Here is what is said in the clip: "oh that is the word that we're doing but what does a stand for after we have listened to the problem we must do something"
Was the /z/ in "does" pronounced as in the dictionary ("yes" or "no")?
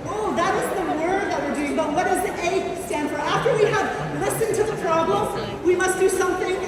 yes